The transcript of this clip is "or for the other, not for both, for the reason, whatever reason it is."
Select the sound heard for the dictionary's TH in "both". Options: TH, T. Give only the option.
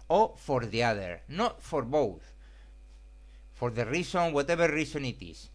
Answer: TH